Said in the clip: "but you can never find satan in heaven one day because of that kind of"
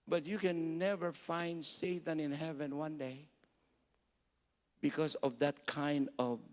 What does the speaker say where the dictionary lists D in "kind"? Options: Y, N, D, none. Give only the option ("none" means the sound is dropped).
D